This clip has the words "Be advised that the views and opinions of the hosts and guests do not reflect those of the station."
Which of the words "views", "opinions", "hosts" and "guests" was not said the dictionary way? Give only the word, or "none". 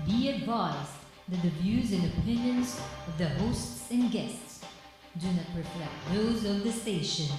none